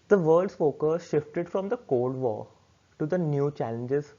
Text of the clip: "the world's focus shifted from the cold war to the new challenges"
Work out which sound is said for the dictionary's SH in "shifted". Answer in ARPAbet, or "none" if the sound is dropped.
SH